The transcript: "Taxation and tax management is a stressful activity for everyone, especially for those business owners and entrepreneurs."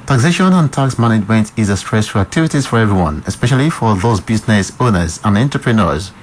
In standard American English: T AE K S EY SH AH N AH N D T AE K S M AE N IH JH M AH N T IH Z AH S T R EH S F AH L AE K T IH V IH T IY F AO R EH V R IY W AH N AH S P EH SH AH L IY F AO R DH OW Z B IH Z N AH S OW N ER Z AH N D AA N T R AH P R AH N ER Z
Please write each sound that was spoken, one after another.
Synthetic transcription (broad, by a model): T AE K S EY SH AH N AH N T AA K S M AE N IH JH M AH N T IH Z AH S T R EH S AH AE K T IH V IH T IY F AO R EH V R IY W AH N AH S P EH SH AH L IY F AO R DH OW Z B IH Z N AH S OW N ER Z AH N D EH N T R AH P R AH N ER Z